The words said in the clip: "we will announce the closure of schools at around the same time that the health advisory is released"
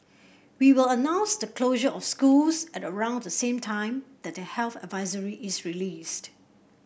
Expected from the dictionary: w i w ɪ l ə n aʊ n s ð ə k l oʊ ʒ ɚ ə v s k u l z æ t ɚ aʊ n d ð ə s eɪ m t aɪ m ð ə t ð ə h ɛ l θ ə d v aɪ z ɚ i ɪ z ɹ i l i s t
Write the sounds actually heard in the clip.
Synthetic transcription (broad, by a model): w i w ɪ l ə n aʊ n s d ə k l oʊ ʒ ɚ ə f s k u l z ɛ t ɚ aʊ n d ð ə s eɪ m t aɪ m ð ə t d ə h ɛ l θ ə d v aɪ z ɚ i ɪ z ɹ i l i s t